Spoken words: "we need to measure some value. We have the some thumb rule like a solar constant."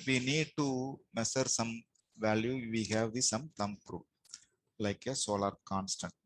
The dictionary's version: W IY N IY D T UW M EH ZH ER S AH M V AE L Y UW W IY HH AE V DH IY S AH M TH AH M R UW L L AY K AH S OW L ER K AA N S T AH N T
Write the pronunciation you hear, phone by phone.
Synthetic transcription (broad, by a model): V IY N IY D T UW M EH S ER S AH M V AE L Y UW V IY HH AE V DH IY S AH M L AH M R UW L L AY K AH S OW L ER K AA N S T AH N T